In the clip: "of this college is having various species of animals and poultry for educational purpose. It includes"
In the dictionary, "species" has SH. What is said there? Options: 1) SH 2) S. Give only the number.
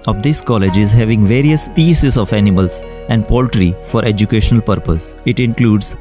2